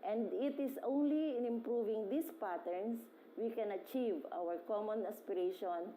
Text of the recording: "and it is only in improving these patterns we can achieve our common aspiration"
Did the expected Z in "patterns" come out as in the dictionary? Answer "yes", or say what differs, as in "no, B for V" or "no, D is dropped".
no, S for Z